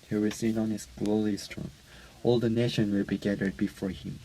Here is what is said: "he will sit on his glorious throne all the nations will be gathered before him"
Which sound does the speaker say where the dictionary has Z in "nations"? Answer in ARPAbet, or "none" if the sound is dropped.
none